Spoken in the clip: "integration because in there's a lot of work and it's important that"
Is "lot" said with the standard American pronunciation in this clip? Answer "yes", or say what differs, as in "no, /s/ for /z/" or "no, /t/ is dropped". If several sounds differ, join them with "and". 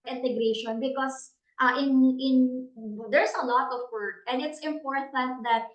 yes